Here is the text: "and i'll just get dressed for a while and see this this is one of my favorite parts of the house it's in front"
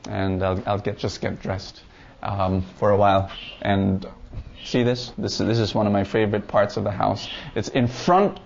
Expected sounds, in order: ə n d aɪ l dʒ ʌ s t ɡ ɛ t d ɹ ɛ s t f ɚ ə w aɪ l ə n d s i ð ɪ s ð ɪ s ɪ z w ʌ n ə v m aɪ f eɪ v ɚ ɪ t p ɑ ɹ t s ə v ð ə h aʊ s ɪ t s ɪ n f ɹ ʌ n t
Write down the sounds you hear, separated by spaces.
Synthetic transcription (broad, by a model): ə n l aɪ l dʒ ʌ s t ɡ ɛ t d ɹ ɛ s t f ɚ ə w aɪ l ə n s i ð ɪ s ð ɪ s ɪ z w ʌ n ə v m aɪ f eɪ v ɚ ɪ t p ɑ ɹ t s ə v ð ə h aʊ s ɪ t s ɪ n f ɹ ʌ n t